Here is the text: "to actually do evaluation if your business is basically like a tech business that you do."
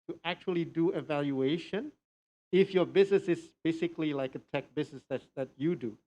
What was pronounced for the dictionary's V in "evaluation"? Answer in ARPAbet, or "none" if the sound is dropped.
V